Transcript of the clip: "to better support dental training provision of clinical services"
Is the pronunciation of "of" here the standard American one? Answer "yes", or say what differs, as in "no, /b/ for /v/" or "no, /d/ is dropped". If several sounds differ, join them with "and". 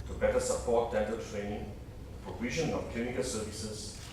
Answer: no, /f/ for /v/